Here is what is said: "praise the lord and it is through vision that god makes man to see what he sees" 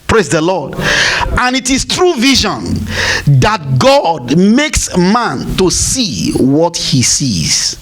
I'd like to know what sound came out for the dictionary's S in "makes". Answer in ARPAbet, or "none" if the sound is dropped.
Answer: S